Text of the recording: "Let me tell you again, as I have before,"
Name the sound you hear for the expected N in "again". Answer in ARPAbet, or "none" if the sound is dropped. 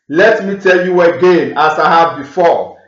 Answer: N